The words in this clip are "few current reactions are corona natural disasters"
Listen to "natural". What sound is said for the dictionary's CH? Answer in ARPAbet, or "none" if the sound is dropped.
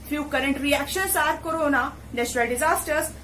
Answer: S